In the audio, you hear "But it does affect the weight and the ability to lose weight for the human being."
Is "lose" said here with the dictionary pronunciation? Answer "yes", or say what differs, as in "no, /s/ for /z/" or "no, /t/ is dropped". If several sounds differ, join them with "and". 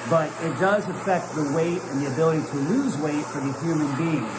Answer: yes